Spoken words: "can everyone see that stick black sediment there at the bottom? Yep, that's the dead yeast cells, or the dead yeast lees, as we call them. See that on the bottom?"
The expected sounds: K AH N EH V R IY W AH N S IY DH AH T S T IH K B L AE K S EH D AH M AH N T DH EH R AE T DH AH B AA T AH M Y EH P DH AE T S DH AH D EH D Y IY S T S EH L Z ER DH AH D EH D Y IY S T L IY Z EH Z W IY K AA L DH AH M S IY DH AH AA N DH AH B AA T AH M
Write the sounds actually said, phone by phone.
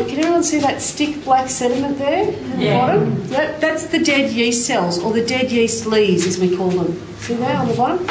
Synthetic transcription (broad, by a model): K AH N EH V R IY W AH N S IY DH AH T S T IH K B L AE K S EH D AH M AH N DH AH R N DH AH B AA T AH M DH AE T DH AE T S DH AH D EH D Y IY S S EH L Z ER DH AH D EH D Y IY S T L IY Z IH Z W IY K AA L DH AH M S IY DH AH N DH AH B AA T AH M